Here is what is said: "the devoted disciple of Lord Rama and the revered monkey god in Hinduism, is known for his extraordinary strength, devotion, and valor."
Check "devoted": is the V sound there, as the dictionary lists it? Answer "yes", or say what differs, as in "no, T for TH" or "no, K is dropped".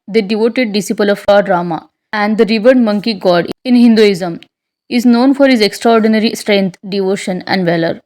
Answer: yes